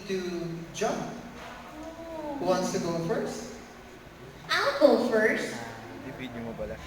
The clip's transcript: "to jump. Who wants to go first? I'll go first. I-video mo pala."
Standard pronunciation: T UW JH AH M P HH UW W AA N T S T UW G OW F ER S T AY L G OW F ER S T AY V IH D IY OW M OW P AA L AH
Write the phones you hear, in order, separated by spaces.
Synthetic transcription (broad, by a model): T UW JH AH M P HH UW W AA N T S T UW G OW F ER S T AY L G OW F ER S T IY B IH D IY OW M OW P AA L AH